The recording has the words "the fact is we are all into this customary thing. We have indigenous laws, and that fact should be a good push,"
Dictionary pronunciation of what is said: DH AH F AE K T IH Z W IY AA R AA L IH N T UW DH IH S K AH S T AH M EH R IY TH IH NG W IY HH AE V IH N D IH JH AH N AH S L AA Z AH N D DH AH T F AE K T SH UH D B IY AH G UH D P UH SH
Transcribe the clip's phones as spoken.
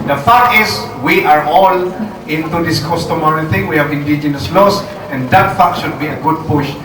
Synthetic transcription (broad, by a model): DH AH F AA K IH S W IY AA R AA L IH N T UW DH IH S K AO S T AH M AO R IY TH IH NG W IY HH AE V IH N D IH JH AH N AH S L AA S AH N D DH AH T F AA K SH UH D B IY AH G UH D P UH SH